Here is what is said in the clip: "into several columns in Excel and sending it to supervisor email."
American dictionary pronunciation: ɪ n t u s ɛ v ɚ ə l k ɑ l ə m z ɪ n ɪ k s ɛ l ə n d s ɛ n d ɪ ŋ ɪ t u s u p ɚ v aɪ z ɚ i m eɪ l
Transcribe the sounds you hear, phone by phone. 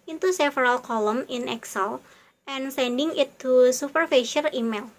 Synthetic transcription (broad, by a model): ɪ n t u s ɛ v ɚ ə l k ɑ l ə m ɪ n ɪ k s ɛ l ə n s ɛ n d ɪ ŋ ɪ t u s u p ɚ f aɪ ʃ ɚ i m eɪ l